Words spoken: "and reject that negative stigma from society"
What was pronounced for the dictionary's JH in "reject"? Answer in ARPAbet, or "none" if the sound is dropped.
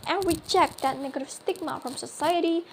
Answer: CH